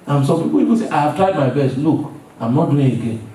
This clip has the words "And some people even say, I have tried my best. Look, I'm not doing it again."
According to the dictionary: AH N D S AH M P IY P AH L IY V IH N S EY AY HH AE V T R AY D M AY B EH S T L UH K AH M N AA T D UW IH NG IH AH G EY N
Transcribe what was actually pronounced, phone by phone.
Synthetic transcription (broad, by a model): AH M S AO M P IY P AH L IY B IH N S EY AY HH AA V T R AY D M AY B EH S T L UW K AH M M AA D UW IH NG IH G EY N